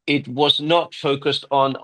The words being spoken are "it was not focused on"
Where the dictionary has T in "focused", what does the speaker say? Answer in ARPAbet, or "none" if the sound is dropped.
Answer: T